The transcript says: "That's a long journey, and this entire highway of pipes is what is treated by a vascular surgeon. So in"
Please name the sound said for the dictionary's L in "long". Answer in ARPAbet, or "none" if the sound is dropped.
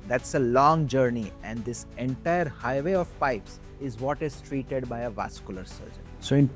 L